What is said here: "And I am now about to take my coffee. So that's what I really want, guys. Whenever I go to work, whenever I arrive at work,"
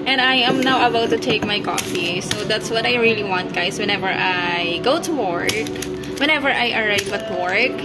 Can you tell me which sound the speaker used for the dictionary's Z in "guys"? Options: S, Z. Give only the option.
S